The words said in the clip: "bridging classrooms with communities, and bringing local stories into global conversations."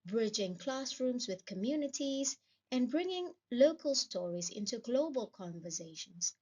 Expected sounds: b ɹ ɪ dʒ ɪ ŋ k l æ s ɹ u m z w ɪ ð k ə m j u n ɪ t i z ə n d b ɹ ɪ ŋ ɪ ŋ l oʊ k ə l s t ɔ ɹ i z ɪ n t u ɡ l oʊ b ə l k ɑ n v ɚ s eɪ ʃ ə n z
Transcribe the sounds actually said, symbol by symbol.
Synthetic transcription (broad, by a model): b ɹ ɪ dʒ ɪ ŋ k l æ s ɹ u m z w ɪ ð k ə m j u n ɪ t i z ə n b ɹ ɪ ŋ ɪ ŋ l oʊ k ə l s t ɔ ɹ i z ɪ n t u ɡ l oʊ b ə l k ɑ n v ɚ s eɪ ʃ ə n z